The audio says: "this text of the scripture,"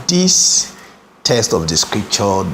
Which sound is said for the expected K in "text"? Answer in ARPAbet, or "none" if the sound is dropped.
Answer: none